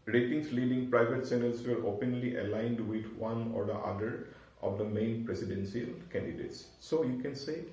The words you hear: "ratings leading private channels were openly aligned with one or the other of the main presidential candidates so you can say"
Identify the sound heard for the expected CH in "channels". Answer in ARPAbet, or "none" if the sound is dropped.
S